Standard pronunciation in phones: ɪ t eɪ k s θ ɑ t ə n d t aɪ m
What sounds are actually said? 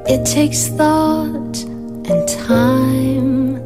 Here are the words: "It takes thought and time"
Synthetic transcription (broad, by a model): ɪ t eɪ k s θ ɑ t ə n t aɪ m